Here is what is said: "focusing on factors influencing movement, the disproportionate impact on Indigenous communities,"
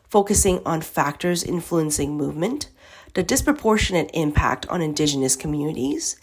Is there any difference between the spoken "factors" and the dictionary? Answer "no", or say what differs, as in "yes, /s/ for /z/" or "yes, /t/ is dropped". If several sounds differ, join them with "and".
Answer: no